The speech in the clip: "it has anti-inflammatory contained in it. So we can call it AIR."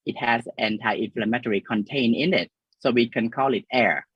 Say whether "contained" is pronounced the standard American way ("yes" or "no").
no